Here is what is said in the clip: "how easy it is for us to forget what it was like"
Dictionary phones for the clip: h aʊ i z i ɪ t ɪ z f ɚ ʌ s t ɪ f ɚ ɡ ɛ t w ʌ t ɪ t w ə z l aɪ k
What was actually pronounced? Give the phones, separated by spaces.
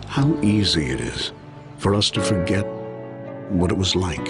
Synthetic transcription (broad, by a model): h aʊ i z i ɪ t ɪ z f ɚ ʌ s t ɪ f ɚ ɡ ɛ t w ʌ t ɪ t w ə z l aɪ k